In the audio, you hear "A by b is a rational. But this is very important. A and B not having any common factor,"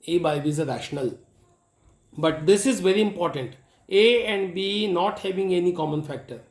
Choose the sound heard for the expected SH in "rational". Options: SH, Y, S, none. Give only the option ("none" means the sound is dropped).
SH